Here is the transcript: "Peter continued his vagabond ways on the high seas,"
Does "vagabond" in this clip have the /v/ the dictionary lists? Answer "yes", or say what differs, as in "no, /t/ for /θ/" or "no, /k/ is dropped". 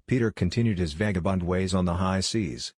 yes